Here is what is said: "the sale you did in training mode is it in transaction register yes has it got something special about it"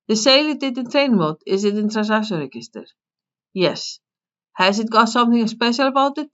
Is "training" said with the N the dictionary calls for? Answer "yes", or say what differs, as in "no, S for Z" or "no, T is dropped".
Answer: no, N is dropped